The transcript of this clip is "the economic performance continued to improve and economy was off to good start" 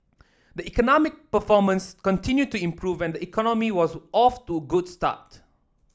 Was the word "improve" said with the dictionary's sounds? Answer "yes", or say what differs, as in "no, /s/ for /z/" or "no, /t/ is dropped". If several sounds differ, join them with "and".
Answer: yes